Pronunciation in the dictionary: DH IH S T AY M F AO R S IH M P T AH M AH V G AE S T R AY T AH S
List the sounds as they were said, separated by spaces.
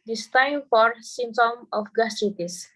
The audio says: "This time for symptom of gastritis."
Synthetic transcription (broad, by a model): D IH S T AY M F AO R S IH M T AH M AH F G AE S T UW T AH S